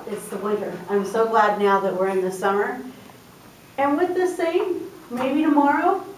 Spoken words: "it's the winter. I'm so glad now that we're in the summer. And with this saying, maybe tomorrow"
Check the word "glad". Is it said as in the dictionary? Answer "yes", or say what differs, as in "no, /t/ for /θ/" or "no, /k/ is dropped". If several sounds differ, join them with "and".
yes